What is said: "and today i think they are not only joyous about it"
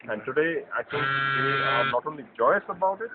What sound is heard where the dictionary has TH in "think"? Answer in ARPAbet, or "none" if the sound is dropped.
S